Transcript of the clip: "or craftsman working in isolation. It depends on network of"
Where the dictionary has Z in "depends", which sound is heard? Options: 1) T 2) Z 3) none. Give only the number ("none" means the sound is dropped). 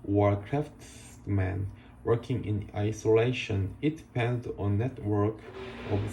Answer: 3